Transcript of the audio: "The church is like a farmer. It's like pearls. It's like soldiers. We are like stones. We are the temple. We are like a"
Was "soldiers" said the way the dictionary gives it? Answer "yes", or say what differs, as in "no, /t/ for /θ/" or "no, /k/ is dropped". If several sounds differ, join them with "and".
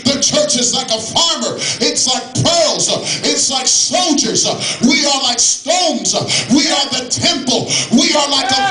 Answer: yes